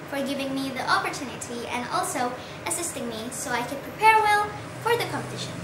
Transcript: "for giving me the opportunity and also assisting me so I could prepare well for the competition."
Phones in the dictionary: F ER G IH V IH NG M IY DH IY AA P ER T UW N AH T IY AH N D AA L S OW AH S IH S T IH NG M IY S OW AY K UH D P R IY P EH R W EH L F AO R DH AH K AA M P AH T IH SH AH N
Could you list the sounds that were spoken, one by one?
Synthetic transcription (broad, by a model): F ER G IH V IH NG M IY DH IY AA P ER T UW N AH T IY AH N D AA L S OW AH S IH S T IH NG M IY S OW AY K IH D P R IY P EH R W EH L F AO R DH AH K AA M P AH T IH SH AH N